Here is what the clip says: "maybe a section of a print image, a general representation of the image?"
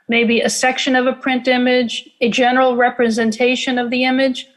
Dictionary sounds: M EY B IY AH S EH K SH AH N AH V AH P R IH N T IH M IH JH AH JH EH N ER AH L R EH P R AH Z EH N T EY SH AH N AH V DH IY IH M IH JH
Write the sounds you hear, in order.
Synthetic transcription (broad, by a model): M EY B IY AH S EH K SH AH N AH V AH P R IH N T IH M IH JH AH JH EH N ER L R EH P R AH Z EH N T EY SH AH N AH V DH IY IH M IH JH